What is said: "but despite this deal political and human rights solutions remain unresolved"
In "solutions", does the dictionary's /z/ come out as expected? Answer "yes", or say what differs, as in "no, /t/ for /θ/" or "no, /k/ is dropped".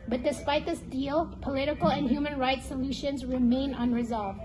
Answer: yes